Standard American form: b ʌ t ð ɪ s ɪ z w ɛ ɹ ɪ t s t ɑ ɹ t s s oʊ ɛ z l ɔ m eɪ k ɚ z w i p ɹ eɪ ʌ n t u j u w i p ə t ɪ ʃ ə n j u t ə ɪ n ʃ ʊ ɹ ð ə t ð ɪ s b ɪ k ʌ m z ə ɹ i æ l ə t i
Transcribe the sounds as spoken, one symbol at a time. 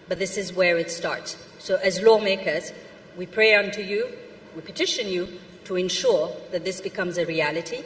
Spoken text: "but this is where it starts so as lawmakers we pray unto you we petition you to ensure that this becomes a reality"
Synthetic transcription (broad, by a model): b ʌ t ð ɪ s ɪ z w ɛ ɹ ɪ t s t ɑ ɹ t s s oʊ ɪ z l ɔ m eɪ k ɚ z w i p ɹ eɪ ʌ n t u j u w i p ə t ɪ ʃ ə n j u t ə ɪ n ʃ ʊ ɹ ð ə t ð ɪ s b ɪ k ʌ m z ə ɹ i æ l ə t i